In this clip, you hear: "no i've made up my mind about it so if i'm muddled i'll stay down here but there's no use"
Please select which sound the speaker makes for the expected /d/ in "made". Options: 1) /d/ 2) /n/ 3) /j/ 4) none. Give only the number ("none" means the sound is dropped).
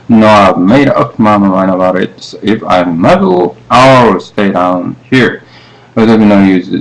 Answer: 1